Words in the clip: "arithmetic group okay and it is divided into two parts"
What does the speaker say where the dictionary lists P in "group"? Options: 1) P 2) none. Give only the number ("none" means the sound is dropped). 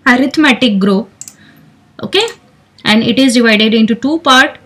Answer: 2